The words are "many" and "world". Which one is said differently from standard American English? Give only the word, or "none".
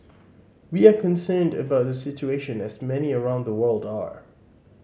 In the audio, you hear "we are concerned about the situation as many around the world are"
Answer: none